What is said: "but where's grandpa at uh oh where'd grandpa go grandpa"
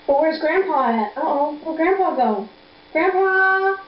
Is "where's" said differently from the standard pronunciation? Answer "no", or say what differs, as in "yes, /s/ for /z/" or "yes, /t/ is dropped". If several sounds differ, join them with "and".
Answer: no